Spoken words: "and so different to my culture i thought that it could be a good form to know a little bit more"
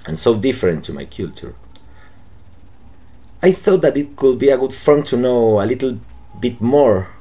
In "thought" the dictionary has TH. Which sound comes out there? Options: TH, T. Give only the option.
TH